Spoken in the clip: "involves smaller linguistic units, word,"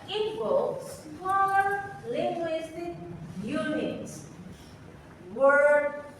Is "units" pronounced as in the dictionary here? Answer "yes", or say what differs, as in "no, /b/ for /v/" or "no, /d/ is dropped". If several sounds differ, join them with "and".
no, /s/ is dropped